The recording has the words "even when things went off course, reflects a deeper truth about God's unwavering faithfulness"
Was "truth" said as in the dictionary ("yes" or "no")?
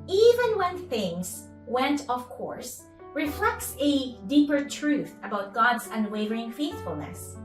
yes